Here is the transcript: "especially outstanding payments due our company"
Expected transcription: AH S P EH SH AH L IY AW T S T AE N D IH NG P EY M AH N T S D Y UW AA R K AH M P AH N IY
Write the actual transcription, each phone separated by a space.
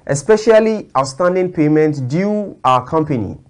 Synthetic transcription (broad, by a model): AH S P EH SH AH L IY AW S T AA N D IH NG P EY M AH N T D Y UW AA K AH M P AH N IY